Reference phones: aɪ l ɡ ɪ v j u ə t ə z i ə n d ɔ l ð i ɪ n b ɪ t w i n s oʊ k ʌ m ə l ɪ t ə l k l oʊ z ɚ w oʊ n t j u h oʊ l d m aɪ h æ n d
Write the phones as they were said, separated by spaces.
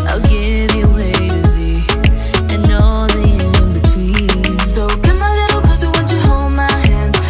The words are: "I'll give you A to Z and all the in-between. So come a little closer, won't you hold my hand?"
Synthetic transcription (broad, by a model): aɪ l ɡ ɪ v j ə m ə z i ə n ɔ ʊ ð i ɪ n b ɪ t w i n s oʊ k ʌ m ə l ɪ t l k oʊ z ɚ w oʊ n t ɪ h oʊ l d m aɪ h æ n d